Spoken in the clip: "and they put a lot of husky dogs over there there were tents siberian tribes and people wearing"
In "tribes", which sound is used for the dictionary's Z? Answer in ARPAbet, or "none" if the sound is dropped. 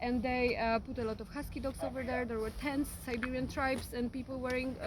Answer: S